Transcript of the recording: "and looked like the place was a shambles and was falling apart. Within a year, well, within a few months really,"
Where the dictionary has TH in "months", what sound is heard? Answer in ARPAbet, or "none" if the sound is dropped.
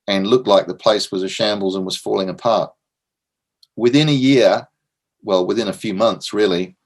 TH